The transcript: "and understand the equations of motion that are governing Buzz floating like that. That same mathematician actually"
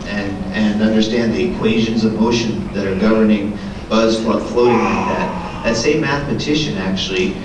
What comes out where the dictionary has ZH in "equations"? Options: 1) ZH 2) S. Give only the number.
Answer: 1